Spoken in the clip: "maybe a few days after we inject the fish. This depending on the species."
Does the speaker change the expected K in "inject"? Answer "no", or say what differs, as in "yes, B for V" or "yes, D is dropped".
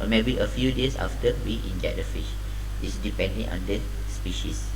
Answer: yes, K is dropped